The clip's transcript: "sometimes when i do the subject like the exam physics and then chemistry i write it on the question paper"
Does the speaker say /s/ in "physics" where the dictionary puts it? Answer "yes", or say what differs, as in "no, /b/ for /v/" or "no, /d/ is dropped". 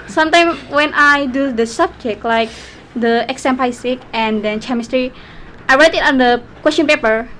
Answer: no, /s/ is dropped